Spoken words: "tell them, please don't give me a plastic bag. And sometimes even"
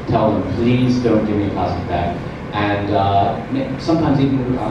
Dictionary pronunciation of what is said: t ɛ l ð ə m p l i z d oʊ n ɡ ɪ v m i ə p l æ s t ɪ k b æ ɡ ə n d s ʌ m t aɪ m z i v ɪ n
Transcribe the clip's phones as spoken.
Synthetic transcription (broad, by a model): t ɛ l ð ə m p l i z d oʊ n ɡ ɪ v m i ə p æ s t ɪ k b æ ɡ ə n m s ʌ m t aɪ m z i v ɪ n